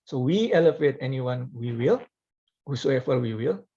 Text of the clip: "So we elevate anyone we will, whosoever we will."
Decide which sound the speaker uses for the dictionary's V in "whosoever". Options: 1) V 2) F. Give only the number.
2